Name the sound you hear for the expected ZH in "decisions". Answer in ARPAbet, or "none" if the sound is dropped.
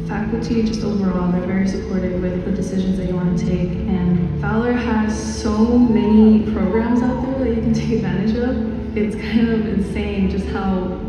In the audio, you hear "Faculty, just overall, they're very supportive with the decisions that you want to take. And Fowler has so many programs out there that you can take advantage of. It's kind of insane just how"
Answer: ZH